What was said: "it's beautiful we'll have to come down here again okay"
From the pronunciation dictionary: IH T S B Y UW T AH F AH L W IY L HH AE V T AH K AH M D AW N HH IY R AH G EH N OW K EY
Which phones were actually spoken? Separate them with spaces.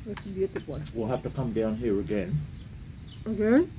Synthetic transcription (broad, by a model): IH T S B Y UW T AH AH W IY L HH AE F T AH K AH M D AW N HH IY R AH G EH N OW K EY